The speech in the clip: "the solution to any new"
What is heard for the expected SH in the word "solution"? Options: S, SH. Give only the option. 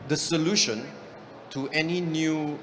SH